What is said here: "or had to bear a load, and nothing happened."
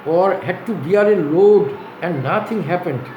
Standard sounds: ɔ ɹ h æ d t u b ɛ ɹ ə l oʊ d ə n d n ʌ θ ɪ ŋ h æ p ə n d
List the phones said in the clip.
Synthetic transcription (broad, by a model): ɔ ɹ h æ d t u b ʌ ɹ ə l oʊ d ə n d n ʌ t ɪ ŋ h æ p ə n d